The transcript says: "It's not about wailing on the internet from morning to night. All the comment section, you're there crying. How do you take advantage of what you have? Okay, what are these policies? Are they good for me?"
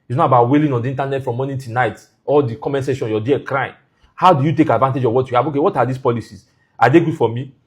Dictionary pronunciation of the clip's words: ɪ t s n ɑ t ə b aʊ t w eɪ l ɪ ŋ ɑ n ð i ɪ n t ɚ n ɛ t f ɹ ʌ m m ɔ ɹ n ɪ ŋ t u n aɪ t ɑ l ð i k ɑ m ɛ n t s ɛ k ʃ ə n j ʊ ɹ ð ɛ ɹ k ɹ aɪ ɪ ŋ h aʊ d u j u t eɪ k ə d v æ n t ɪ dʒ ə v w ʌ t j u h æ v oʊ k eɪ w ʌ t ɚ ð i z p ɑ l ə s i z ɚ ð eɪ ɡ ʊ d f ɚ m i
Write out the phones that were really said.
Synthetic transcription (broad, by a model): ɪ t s n ɑ t ə b aʊ t w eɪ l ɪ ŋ ɑ n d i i n t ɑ n ɛ t f ɹ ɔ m m ɔ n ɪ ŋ t u n aɪ t ɑ l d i k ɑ m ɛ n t s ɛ ʃ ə n j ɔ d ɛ k ɹ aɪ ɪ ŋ h aʊ d u j u t eɪ k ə d v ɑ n t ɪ dʒ ə v w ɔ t j u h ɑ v oʊ k eɪ w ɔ t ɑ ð i s p ɑ l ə s i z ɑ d eɪ ɡ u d f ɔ m i